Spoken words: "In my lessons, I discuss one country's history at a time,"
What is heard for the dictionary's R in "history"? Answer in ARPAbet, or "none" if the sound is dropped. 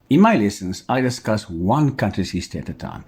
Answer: none